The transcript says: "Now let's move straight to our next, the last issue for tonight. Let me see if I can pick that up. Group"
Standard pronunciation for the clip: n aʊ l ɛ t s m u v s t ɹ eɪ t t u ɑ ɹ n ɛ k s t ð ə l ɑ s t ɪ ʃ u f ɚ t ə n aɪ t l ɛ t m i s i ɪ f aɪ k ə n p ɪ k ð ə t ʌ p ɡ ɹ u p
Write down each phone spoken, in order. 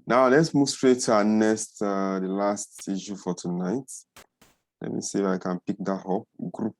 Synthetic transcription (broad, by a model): n aʊ l ɛ t s m u v s t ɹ eɪ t t u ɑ n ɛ s t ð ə l ɑ s t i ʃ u f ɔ t ə n aɪ t l ɛ t m i s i ɪ f aɪ k ə n p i k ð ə t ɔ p ɡ ɹ u p